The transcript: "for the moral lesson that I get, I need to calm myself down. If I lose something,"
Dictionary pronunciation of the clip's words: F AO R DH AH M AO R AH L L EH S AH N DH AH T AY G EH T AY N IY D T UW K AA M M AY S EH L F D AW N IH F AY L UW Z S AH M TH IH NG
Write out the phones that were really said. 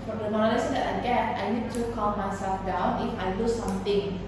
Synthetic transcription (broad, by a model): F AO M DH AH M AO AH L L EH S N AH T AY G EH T AY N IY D T UW K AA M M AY S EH F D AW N IH F AY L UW S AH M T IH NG